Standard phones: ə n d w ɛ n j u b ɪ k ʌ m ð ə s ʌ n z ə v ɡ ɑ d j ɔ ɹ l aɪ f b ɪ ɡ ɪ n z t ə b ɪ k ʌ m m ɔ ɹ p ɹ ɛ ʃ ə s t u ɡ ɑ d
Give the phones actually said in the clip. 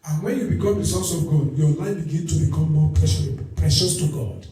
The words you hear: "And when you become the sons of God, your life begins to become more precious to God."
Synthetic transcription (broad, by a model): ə n w ɛ n j u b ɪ k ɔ m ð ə s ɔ n s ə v ɡ ɑ d j ɔ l aɪ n b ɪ ɡ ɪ n t ə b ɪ k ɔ m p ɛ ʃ p ɹ ɛ ʃ ə s t u ɡ ɑ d